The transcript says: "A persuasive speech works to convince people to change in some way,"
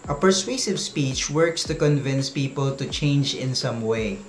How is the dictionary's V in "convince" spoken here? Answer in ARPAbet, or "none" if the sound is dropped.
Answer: V